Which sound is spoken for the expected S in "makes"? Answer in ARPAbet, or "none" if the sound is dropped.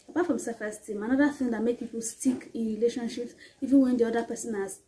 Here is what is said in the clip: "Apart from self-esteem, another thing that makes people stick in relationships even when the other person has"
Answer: none